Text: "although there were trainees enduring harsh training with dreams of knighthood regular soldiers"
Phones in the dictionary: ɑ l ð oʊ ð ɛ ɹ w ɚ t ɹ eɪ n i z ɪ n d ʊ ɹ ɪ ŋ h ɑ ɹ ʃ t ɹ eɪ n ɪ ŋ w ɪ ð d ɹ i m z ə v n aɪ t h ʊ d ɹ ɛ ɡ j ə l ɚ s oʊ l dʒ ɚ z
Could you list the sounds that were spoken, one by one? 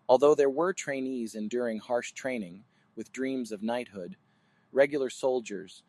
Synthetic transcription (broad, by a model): ɑ l ð oʊ ð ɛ ɹ w ɚ t ɹ eɪ n i z ɪ n d ʊ ɹ ɪ ŋ h ɑ ɹ ʃ t ɹ eɪ n ɪ ŋ w ɪ ð d ɹ i m z ə v n aɪ t h ʊ d ɹ ɛ ɡ j l ɚ s oʊ l dʒ ɚ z